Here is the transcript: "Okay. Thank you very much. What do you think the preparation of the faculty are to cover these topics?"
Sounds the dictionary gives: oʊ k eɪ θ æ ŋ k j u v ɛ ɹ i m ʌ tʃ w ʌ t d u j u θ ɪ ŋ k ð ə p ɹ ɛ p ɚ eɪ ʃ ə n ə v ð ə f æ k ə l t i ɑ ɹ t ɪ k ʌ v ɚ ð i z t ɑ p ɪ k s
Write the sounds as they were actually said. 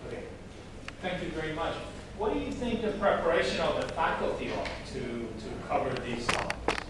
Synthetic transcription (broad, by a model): oʊ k eɪ θ æ ŋ k j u v ɛ ɹ i m ʌ tʃ w ʌ t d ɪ j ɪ θ ɪ ŋ k ð ə p ɹ ɛ p ɚ eɪ ʃ ə n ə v ð ə f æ k l t i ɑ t t ɪ k ʌ v ɚ ð i z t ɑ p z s